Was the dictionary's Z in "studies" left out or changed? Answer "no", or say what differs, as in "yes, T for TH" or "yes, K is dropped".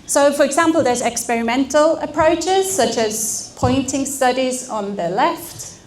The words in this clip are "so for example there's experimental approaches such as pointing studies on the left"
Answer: no